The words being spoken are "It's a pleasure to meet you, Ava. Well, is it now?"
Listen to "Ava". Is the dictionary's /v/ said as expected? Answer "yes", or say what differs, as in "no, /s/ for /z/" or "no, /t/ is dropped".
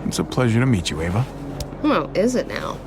yes